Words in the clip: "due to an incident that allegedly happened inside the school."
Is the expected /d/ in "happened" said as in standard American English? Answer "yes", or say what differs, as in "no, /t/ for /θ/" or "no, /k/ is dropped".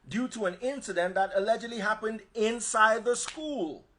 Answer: yes